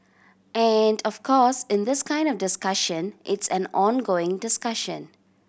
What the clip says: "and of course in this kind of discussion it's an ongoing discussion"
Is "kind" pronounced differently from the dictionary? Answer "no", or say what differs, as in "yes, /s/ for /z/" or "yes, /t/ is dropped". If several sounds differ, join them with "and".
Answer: no